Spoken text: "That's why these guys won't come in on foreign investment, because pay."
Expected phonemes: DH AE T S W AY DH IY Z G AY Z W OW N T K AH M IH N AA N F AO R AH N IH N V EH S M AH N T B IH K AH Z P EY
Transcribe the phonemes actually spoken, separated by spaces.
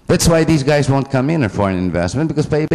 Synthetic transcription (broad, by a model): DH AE T S W AY DH IY Z G AY Z W OW N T K AH M IH N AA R F AO R AH N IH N V EH S M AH N B IH K AH Z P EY